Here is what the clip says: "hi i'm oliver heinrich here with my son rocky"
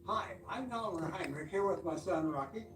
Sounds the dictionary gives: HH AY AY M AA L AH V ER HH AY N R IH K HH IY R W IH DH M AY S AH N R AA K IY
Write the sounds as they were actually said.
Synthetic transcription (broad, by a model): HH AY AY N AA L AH ER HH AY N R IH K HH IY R W IH DH M AY S AH N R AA K IY